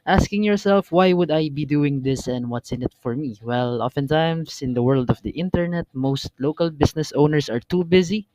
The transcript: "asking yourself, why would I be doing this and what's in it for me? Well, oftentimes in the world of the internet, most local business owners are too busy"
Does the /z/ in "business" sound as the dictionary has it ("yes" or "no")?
no